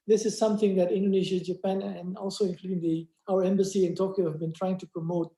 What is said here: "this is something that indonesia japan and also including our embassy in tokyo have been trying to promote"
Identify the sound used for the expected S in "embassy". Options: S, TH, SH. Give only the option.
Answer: S